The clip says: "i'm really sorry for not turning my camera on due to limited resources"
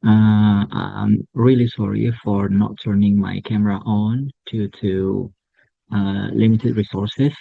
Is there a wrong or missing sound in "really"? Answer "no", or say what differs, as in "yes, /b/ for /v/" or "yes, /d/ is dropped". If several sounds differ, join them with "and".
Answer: no